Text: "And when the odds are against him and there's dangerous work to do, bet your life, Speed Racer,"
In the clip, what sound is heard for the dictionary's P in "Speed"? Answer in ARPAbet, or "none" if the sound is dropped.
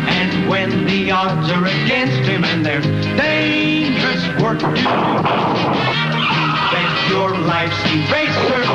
none